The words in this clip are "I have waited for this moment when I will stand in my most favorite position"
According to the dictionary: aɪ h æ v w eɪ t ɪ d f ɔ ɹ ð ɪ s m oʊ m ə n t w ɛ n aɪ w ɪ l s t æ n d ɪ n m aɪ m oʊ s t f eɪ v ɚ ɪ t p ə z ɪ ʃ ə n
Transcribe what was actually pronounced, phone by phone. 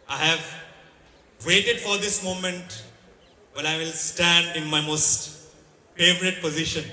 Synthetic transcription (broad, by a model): aɪ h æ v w eɪ t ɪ d f ɔ ɹ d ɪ s m oʊ m ə n t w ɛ l aɪ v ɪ l s t æ n d ɪ n m aɪ m oʊ s t f eɪ v ɚ ɪ t p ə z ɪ ʃ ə n